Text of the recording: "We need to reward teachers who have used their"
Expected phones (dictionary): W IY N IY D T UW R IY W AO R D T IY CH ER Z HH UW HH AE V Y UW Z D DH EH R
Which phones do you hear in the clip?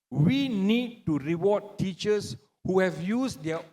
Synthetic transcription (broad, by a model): W IY N IY D T UW R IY W AO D T IY CH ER S HH UW HH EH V Y UW S D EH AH